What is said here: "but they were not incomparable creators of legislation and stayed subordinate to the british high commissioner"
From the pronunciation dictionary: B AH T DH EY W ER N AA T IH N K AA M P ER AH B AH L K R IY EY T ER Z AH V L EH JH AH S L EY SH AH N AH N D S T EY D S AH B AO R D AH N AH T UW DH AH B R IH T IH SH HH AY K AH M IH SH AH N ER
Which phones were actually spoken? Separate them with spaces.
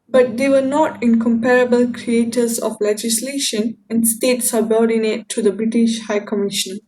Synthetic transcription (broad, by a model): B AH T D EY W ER N AA T IH N K AA M P ER AH B AH L K R IY EY T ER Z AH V L EH JH AH S L EY SH AH N AH N D S T EY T S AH B AO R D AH N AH T UW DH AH B R IH T IH SH HH AY K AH M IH SH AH N